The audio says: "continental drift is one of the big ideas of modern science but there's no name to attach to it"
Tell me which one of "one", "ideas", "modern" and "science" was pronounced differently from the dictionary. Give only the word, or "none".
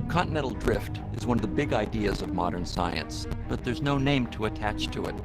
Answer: none